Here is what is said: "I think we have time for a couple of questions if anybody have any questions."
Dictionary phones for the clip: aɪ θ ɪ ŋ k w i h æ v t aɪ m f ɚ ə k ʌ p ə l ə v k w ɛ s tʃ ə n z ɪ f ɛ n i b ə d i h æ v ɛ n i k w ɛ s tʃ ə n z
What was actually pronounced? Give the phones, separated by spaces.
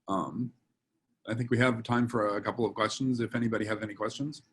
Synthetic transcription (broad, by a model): aɪ θ ɪ ŋ k w i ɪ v t aɪ m f ɚ ə k ʌ p l ə v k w ɛ s tʃ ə n z ɪ f ɛ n i b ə d i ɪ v ɛ n i k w ɛ s tʃ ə n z